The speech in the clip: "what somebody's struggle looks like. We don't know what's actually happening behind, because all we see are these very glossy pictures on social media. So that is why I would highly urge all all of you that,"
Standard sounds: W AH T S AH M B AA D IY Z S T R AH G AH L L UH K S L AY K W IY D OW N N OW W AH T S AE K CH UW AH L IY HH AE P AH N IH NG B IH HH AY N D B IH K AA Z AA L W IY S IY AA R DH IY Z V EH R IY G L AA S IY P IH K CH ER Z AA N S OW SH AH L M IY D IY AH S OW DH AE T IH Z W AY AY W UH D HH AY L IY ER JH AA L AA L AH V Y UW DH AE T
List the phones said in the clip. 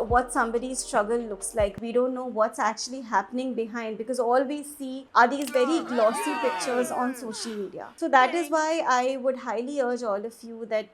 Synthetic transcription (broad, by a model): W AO T S AH M B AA D IY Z S T R AH G AH L L UH K S L AY K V IY D OW N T OW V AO T S AE K CH UW AH L IY HH AE P AH N IH NG B IH HH AY N D B IH K AA Z AA L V IY S IY AA R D IY Z V EH R IY G L AA S IY P IH K CH ER Z AA N S OW SH AH L M IY D IY AH S OW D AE T IH Z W AY AY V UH D HH AY L IY ER JH AA L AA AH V Y UW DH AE T